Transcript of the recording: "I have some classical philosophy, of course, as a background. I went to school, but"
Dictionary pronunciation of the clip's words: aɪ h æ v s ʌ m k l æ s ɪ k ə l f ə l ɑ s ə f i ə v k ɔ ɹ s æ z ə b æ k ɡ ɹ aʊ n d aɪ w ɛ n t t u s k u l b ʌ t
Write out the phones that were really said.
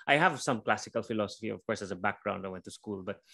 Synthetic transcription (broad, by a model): aɪ h æ v s ʌ m k l æ s ɪ k ə l f ə l ɑ s ə f i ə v k ɔ ɹ s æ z ə b æ k ɡ ɹ aʊ n d aɪ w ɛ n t t u s k u l b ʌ t